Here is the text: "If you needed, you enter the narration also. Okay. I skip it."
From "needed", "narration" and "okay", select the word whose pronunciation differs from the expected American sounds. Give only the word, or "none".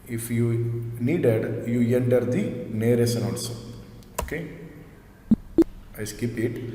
narration